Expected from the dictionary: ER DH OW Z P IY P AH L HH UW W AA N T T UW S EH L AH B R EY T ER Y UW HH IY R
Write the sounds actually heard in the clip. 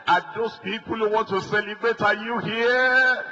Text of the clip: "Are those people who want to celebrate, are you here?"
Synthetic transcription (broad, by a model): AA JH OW S P IY P AH L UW W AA N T T UW S EH L AH B R EY T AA Y UW HH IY